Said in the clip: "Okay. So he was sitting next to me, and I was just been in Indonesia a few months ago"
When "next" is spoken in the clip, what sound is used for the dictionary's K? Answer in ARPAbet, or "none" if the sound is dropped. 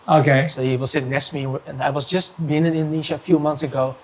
none